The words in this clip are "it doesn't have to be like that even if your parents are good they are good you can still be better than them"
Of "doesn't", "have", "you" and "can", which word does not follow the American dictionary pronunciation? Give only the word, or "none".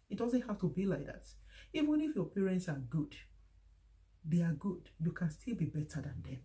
have